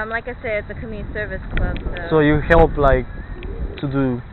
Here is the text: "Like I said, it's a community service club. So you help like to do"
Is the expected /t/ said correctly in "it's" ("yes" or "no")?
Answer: yes